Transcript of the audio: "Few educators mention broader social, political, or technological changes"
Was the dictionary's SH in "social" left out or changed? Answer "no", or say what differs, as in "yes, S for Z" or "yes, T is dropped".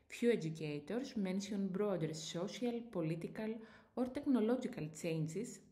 yes, S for SH